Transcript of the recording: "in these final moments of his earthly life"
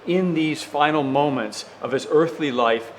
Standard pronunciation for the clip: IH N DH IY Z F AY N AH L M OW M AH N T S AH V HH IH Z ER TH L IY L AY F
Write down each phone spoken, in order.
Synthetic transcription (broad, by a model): IH N DH IY Z F AY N L M OW M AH N T S AH V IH Z ER TH L IY L AY F